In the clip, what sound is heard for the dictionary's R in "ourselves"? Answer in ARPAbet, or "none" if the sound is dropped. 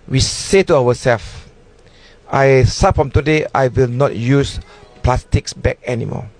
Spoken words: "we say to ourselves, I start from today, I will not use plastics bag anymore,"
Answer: W